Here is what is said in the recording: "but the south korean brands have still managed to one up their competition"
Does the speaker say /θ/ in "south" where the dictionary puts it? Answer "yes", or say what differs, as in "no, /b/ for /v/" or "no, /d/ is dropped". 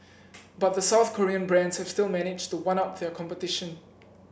yes